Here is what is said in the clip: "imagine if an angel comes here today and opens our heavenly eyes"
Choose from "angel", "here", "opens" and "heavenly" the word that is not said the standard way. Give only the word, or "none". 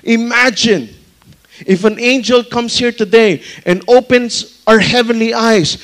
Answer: opens